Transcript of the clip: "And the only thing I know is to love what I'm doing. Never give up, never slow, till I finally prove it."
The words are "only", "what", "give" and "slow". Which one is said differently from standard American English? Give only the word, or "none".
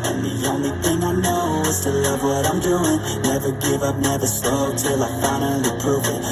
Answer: slow